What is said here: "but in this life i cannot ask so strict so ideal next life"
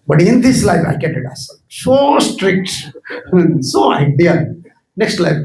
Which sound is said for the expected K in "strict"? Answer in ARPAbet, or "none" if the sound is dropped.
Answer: K